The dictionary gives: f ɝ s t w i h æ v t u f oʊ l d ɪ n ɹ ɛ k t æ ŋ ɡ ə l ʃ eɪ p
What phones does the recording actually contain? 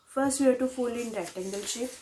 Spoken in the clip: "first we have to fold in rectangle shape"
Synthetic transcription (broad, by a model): f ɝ s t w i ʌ t u f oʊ l ɪ n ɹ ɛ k t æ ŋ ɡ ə l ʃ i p